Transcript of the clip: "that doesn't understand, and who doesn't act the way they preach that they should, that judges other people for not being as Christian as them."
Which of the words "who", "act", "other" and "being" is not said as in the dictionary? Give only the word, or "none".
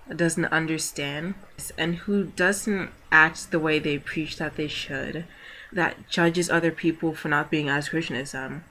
none